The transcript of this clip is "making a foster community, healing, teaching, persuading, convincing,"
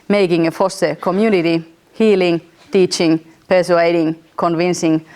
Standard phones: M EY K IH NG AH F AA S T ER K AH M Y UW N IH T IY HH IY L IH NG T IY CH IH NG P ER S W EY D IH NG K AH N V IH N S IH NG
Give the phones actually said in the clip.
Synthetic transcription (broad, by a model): M EY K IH NG AH F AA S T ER K AH M Y UW N IH T IY HH IY L IH NG T IY CH IH NG P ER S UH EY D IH NG K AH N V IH N S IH NG